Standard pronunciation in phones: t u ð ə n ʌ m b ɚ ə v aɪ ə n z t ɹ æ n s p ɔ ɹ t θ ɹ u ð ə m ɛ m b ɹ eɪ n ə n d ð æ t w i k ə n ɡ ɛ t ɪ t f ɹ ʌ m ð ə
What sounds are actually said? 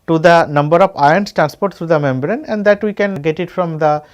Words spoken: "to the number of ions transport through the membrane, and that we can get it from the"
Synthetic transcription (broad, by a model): t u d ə n ʌ m b ɚ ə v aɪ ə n s t ɹ æ n s p ɔ ɹ t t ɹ u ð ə m ɛ m b ɹ eɪ n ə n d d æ t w i k ə n ɡ ɛ t ɪ t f ɹ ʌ m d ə